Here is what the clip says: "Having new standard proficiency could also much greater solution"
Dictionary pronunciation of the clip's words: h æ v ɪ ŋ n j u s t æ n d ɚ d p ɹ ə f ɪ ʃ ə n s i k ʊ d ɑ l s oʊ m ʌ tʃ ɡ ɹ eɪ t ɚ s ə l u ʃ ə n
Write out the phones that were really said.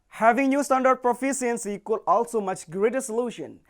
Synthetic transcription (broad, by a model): h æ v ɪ ŋ n j u s t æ n d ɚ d p ɹ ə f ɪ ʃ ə n s i k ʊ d ɑ l s oʊ m ʌ tʃ ɡ ɹ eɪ t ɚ s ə l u ʃ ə n